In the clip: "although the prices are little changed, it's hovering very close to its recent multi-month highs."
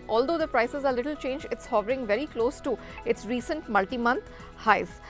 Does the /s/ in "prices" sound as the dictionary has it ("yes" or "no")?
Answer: yes